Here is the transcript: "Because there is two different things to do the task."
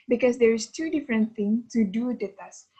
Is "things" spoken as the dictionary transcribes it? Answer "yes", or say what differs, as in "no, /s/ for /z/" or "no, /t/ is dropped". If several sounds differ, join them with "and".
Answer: no, /z/ is dropped